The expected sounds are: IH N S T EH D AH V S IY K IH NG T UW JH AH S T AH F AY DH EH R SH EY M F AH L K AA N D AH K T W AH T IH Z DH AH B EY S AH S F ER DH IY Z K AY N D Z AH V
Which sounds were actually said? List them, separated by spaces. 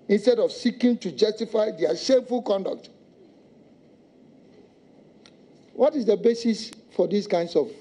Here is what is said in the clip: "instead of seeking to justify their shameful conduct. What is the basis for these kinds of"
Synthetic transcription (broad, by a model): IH N S T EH D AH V S IY K IH NG T UW JH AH S T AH F AY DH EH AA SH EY F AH L K AA N D AH K T W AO T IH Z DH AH B EY S AH S F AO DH IY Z K AY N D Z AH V